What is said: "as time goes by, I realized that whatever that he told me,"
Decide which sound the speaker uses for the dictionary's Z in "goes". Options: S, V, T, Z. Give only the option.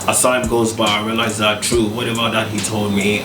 Z